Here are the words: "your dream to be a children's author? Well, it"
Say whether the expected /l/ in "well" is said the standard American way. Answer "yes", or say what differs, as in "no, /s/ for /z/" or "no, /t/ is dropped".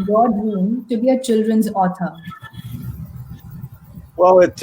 no, /w/ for /l/